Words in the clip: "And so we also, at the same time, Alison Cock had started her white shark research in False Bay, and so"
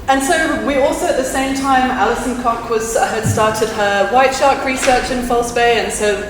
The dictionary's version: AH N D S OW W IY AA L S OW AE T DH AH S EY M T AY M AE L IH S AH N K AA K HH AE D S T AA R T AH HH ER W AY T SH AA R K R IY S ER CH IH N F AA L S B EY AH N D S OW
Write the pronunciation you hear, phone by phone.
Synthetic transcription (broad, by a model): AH N S OW W IY AA L S OW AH T DH AH S EY M T AY M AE L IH S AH N K AA K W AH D S T AA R T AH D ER W AY T SH AA R K R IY S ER CH IH N F AA L S B EY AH N S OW